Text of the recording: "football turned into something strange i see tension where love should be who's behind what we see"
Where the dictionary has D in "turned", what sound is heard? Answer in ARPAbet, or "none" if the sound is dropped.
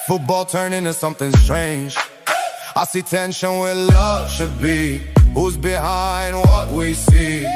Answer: none